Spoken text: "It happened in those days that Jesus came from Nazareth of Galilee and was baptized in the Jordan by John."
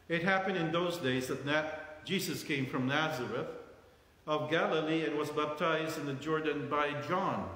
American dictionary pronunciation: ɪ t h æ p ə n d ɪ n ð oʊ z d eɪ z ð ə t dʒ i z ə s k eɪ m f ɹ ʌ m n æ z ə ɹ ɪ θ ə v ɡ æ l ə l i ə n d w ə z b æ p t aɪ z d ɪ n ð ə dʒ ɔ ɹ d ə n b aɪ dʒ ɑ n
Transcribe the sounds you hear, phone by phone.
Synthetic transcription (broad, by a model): ɪ t h æ p ə n d ɪ n ð oʊ z d eɪ z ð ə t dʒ i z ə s k eɪ m f ɹ ʌ m n æ z ə ɹ ɪ θ ə v ɡ æ l ə l i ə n w ə z b æ p t aɪ z d ɪ n ð ə dʒ ɔ ɹ d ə n b aɪ dʒ ɑ n